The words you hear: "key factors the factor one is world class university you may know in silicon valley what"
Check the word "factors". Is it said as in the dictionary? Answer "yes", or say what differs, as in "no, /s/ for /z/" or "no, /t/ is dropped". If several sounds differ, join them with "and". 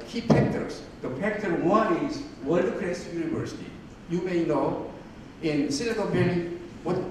no, /p/ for /f/